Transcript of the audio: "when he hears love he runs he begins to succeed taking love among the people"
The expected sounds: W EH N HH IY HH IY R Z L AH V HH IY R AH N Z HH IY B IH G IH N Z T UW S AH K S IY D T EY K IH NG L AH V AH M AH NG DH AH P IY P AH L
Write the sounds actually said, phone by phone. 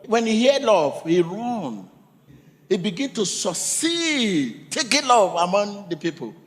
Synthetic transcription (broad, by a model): W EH N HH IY HH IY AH L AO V HH IY R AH N HH IY B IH G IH N T UW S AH S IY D T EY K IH L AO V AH M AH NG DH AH P IY P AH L